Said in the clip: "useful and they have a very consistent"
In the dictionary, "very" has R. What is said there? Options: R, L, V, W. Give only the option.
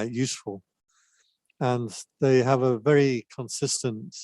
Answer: R